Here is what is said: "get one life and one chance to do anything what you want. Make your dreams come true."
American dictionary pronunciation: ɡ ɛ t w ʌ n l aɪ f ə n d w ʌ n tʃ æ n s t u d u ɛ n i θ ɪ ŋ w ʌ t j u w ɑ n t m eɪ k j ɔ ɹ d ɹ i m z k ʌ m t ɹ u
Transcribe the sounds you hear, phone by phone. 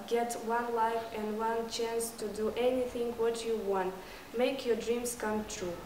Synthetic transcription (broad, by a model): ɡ ɛ t w ʌ n l aɪ f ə n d w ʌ n tʃ æ n s t u d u ɛ n i θ ɪ ŋ w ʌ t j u w ɑ n t m eɪ k j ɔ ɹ d ɹ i m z k ʌ m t ɹ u